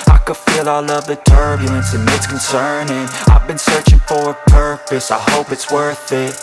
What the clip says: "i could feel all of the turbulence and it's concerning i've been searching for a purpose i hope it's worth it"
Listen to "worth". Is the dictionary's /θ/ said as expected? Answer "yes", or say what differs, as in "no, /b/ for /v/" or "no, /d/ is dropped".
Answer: yes